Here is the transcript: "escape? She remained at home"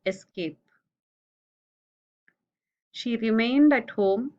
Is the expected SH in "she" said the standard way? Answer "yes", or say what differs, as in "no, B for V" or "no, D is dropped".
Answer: yes